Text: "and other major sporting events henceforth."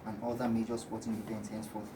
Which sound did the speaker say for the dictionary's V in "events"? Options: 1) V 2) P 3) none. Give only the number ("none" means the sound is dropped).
2